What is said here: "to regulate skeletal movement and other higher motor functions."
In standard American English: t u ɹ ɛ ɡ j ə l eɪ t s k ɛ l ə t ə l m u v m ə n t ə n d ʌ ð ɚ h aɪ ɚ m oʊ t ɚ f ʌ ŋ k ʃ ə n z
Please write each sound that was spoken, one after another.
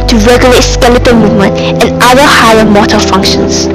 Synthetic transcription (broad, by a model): t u ɹ ɛ ɡ j ə l eɪ t s k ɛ l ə t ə m u v m ə n t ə n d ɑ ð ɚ h aɪ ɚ m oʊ t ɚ f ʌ ŋ k ʃ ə n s